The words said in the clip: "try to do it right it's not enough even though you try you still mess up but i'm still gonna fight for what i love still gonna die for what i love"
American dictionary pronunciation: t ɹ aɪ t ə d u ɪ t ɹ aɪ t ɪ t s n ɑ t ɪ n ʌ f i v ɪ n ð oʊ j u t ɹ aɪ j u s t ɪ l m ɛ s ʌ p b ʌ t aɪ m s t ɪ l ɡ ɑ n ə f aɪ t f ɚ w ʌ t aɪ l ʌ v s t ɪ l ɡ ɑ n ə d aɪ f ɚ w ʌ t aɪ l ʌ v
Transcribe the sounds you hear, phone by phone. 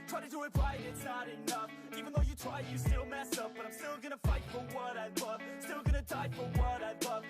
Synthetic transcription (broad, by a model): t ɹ aɪ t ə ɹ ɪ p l aɪ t ɪ t s n ɑ t ɪ n ʌ f i v ɪ n ð oʊ j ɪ t ɹ aɪ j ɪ s t ɪ l m ɛ s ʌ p b ʌ t aɪ m s t ɪ l ɡ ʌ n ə f aɪ t f ɚ w ʌ t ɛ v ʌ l s t ɪ l ɡ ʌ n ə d aɪ f ɚ w ʌ t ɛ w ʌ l